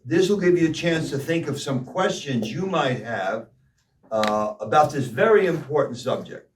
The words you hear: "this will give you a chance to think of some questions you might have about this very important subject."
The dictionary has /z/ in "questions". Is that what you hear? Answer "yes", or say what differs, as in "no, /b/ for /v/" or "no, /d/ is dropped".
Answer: yes